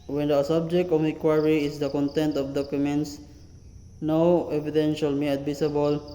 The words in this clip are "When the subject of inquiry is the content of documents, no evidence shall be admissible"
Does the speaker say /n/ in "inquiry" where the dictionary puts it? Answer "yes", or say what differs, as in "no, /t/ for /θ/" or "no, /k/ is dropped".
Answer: no, /n/ is dropped